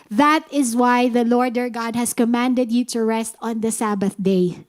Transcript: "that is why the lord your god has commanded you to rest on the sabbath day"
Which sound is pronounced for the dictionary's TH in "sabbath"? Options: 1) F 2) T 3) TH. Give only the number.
3